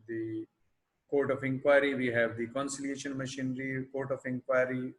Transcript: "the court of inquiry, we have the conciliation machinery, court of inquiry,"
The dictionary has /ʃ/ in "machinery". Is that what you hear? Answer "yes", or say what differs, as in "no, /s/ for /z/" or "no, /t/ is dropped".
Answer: yes